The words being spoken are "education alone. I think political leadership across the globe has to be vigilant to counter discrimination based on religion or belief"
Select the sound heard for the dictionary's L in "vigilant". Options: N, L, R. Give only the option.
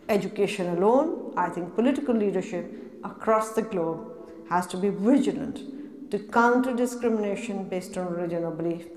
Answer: L